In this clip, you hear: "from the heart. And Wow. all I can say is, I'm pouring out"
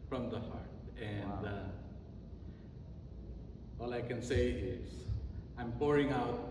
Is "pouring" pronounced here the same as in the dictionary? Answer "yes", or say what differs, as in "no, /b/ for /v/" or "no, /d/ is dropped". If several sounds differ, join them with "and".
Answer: yes